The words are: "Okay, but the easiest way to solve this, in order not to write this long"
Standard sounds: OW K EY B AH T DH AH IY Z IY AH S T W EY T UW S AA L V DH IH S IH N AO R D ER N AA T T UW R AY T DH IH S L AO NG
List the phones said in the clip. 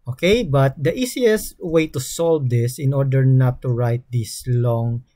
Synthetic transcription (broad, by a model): OW K EY B AH T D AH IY S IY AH S T W EY T UW S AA L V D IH S IH N AO R D ER N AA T T UW R AY T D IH S L AO NG